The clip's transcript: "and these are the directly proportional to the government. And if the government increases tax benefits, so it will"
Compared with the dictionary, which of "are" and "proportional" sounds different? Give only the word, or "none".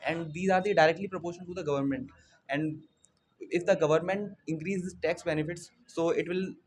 proportional